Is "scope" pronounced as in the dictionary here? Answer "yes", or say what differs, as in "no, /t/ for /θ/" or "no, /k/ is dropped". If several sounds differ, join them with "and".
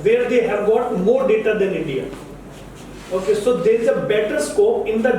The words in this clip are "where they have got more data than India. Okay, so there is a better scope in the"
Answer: no, /p/ is dropped